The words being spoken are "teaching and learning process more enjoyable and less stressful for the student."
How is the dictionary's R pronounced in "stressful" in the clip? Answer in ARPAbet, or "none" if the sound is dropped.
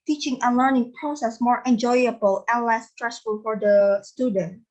R